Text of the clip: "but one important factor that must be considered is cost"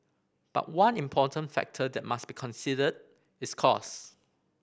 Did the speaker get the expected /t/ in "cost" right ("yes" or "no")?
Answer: no